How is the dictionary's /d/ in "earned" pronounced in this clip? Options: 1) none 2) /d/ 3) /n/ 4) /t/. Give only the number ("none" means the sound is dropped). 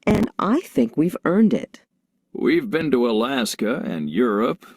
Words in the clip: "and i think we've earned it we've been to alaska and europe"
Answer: 2